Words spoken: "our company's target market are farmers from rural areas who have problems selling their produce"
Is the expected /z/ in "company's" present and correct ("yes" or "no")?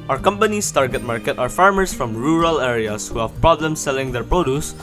no